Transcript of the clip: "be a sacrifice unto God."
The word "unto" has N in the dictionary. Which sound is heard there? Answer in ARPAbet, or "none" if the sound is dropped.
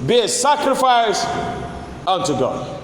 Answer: N